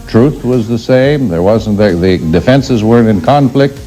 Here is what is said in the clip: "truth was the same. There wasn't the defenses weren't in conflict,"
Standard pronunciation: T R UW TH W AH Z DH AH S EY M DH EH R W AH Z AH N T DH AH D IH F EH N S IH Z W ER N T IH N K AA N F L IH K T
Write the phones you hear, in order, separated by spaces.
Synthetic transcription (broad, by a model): T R UW TH W AH Z DH AH S EY M DH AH R W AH Z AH N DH DH AH D IH F EH N S IH Z W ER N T IH N K AA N F L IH K T